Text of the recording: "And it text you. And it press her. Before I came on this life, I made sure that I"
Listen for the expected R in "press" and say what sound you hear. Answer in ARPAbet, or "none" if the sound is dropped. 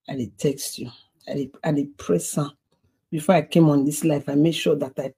R